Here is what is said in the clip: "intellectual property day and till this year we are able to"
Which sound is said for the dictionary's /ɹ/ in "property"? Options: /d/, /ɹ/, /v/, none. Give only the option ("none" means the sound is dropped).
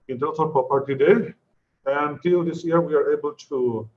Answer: none